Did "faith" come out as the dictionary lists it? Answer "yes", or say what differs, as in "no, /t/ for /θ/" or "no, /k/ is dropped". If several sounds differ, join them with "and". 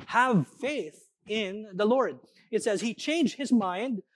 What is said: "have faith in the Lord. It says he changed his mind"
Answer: yes